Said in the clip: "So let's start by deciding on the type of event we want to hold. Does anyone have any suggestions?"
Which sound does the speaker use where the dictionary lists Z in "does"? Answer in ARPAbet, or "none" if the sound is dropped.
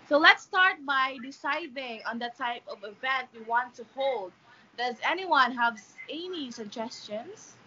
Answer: Z